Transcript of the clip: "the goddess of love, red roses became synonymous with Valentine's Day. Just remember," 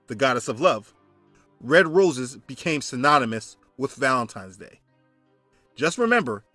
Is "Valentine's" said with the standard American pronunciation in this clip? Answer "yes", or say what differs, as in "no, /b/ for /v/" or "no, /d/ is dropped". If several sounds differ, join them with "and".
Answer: yes